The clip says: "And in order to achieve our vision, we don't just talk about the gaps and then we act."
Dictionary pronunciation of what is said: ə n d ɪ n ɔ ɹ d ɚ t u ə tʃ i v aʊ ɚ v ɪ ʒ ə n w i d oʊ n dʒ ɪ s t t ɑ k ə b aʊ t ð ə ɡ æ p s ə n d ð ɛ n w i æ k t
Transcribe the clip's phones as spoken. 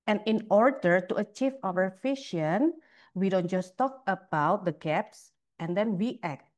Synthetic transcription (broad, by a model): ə n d ɪ n ɔ ɹ d ɚ t u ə tʃ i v aʊ ɚ f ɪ ʃ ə n w i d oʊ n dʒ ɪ s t t ɑ k ə b aʊ t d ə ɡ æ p s ə n d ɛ n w i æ k t